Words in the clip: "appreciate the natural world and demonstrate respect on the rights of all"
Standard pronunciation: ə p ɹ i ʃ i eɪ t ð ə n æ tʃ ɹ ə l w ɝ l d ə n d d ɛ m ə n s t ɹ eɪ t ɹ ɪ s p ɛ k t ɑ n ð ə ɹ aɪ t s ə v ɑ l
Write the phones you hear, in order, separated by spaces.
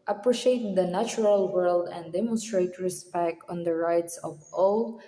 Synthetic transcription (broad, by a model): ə p ɹ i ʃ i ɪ t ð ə n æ tʃ ɹ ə l w ɝ l d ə n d d ɛ m ə n s t ɹ eɪ t ɹ ɪ s p ɛ k t ɑ n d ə ɹ aɪ t s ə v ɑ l